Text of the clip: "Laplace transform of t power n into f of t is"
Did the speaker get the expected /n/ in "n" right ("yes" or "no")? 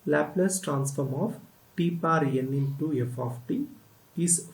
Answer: yes